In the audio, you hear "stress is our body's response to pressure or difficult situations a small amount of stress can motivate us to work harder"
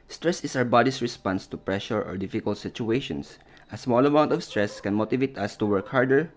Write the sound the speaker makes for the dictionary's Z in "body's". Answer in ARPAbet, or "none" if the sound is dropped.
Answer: S